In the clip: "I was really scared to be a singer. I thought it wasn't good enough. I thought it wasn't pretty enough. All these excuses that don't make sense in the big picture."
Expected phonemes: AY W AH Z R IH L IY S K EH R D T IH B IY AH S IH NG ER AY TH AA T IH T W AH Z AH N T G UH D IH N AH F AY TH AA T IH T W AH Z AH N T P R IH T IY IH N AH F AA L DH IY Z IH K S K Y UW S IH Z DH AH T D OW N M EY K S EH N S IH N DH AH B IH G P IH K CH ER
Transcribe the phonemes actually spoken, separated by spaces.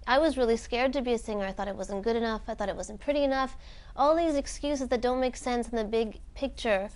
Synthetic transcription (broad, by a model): AY W AH Z R IH L IY S K EH R D T IH B IY AH S IH NG ER AY TH AA T IH T W AH Z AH N G UH D IH N AH F AY TH AA T IH T W AH Z N P R IH T IY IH N AH F AA L DH IY Z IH K S K Y UW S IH Z DH AH T D OW N M EY K S EH N S N DH AH B IH G P IH K CH ER